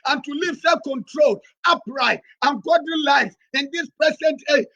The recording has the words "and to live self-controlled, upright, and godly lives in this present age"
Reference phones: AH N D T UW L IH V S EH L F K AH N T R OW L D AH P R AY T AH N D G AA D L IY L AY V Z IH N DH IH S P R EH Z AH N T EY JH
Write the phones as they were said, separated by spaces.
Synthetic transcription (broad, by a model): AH N T UW L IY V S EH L K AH N T R OW L AH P R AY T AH N G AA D IY L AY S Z IH N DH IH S P R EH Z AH N T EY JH